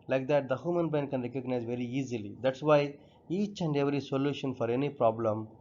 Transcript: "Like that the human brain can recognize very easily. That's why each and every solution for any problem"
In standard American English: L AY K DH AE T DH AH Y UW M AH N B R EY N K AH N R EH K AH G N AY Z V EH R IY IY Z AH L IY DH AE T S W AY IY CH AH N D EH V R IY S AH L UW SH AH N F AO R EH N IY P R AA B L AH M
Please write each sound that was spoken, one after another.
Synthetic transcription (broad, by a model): L AY K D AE T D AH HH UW M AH N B EY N K AH N R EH K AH G N AY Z V EH R IY IY Z AH L IY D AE T S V AY IY CH AH N D EH V R IY S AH L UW SH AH N F AO R EH N IY P R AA B L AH M